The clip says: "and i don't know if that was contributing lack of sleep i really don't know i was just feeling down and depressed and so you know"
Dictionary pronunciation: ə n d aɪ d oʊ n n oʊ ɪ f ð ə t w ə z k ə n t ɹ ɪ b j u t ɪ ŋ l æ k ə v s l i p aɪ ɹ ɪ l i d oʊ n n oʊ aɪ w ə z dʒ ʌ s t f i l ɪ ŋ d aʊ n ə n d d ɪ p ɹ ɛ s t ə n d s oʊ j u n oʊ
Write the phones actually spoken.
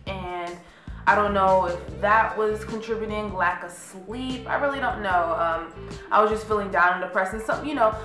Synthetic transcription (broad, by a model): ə n aɪ d oʊ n n oʊ ɪ f ð ə t w ə z k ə n t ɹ ɪ b j t ɪ ŋ l æ k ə s l i p aɪ ɹ ɪ l i d oʊ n n oʊ aɪ w ə z dʒ ʌ s t f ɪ l ɪ ŋ d aʊ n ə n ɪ p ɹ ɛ s ə n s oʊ j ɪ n oʊ